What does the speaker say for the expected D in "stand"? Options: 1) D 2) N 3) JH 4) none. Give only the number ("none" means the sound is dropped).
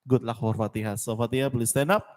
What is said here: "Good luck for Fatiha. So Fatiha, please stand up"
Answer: 4